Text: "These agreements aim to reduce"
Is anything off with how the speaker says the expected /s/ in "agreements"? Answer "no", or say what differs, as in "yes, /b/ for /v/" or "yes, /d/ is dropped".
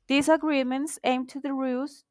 no